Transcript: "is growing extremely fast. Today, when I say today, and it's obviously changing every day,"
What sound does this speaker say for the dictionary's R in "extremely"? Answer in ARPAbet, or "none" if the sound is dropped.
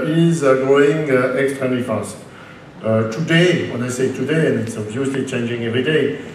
none